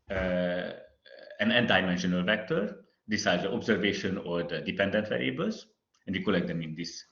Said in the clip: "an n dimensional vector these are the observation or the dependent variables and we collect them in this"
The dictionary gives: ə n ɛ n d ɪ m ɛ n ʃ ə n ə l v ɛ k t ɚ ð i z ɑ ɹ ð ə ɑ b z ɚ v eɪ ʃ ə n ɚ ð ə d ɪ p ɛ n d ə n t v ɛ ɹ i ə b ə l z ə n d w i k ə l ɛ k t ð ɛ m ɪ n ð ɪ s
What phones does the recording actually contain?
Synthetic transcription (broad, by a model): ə n ɛ n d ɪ m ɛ n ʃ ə n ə l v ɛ k t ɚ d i s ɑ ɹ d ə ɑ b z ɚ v eɪ ʃ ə n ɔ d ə d ɪ p ɛ n d ə n t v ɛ ɹ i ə b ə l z ə n d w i k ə l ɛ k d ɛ m ɪ n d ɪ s